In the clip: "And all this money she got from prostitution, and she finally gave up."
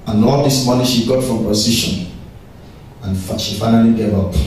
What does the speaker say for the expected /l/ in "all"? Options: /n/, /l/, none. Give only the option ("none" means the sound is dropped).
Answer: /n/